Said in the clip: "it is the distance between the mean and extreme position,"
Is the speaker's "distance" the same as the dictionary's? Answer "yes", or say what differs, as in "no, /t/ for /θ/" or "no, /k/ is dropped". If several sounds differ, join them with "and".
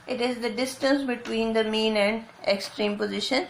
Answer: yes